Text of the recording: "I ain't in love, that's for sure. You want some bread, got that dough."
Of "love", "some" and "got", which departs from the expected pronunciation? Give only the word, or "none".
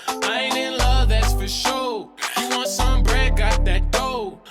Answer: none